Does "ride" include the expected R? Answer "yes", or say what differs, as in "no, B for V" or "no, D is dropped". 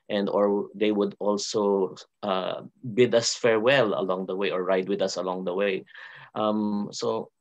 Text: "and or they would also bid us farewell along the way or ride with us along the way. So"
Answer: yes